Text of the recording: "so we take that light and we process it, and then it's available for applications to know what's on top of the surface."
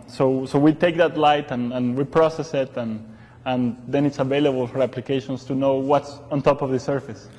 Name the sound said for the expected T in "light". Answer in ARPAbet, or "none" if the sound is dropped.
T